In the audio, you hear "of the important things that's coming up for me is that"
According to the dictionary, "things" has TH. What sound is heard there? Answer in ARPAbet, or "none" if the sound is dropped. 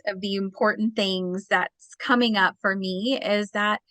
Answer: TH